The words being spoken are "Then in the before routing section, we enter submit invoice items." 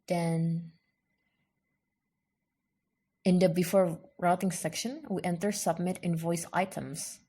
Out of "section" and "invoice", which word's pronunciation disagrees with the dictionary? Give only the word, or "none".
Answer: none